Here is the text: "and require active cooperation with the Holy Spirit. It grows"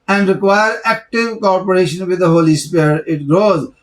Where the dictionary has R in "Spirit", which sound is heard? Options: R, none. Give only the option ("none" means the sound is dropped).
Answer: none